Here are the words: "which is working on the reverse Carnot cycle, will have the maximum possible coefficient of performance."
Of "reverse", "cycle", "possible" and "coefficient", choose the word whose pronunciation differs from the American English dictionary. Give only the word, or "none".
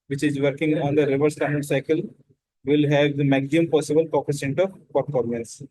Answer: coefficient